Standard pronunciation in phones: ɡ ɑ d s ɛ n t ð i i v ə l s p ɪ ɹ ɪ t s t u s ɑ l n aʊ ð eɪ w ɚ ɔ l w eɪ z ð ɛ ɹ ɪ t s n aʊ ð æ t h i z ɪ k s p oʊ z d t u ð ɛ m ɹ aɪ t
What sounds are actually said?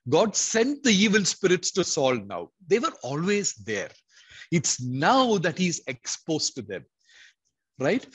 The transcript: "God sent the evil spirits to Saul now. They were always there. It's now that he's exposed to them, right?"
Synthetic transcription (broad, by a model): ɡ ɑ d s ɛ n t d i i v ə l s p ɪ ɹ ɪ t s t u s ɑ l n aʊ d eɪ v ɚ ɔ l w eɪ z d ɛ ɹ ɪ t s n aʊ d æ t h i z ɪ k s p oʊ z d t u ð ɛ m ɹ aɪ t